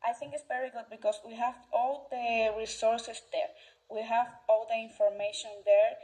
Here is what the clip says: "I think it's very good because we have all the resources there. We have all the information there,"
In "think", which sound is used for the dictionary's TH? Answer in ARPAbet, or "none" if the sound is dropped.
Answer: TH